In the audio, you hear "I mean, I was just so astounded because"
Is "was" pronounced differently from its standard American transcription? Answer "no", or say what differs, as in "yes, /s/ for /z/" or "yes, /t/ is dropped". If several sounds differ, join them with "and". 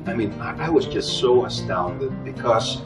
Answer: no